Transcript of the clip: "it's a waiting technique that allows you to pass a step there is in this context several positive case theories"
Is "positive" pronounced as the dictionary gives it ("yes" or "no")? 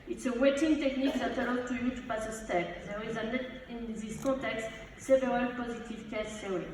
yes